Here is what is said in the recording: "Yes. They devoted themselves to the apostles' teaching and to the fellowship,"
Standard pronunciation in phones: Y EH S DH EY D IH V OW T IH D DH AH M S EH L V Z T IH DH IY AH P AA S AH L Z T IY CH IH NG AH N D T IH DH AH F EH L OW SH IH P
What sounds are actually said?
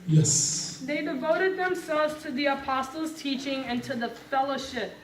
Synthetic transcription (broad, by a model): Y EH S DH EY D IH V OW T IH D DH AH M S EH L V Z T IH DH IY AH P AA S L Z T IY CH IH NG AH N T IH DH AH F EH L OW SH IH P